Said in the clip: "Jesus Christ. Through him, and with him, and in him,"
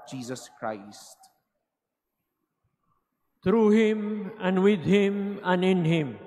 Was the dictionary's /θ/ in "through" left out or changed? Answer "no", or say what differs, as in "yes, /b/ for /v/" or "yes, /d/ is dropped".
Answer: yes, /t/ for /θ/